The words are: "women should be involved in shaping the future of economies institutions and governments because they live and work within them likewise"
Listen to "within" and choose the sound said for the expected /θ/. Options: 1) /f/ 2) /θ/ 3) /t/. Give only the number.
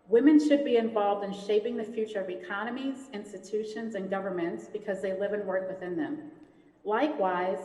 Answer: 2